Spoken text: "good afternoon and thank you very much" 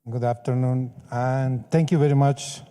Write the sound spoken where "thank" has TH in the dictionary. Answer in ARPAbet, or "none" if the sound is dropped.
T